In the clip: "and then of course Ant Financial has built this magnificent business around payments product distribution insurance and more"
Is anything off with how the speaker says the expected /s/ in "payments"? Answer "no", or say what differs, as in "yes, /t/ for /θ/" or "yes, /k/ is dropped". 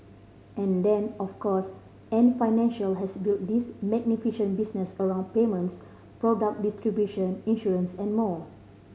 no